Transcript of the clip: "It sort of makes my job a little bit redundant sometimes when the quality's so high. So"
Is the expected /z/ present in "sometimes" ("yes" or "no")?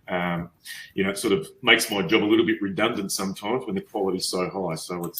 yes